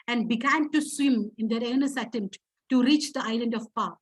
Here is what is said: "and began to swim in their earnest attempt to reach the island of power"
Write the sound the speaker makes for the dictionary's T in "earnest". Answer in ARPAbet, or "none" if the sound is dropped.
none